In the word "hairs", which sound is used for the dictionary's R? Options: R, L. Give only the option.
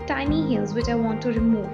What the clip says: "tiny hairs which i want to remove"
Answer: L